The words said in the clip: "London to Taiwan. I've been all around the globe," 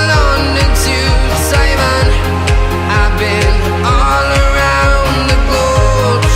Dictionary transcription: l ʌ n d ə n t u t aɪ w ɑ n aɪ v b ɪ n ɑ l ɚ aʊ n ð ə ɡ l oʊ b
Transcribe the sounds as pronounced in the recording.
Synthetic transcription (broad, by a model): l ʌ n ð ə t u s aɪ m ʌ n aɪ b ɪ n ɑ l ɚ aʊ n ð ə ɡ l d